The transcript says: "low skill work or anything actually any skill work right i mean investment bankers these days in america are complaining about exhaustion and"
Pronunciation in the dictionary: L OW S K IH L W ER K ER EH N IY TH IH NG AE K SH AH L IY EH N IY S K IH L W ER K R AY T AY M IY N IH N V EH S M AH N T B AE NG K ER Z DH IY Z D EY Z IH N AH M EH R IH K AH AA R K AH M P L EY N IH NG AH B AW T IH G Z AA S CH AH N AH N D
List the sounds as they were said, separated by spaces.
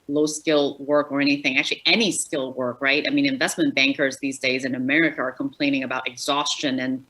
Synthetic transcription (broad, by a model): L OW S K IH L W ER K ER EH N IY TH IH NG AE K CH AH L IY EH N IY S K IH L W ER K R AY T AY M IY N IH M V EH S M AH N B AE NG K ER Z DH IY Z D EY Z IH N AH M EH R IH K AH R K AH M P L EY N IH NG AH B AW T IH G Z AA S CH AH N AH N